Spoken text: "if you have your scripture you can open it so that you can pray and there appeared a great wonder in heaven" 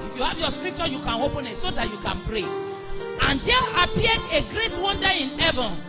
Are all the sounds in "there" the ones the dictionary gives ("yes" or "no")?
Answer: no